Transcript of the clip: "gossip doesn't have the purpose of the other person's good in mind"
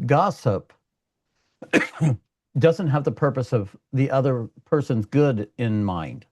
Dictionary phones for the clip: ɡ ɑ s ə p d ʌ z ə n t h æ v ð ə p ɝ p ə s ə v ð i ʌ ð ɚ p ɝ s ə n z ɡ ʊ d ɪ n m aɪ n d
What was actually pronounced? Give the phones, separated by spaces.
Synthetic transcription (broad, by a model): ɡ ɑ s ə p d ʌ z ə n t h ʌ v ð ə p ɝ p ə s ə v ð i ʌ ð ɚ p ɝ s ə n z ɡ ʊ d ɪ n m aɪ n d